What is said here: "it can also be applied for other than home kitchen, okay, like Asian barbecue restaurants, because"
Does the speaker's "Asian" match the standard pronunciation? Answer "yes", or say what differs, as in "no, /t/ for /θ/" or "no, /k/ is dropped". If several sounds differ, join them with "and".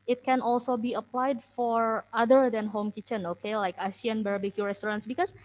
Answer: no, /s/ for /ʒ/